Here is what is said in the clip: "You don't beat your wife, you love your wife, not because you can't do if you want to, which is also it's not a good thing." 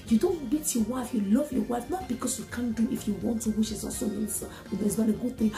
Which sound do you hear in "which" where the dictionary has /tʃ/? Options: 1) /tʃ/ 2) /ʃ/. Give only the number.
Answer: 2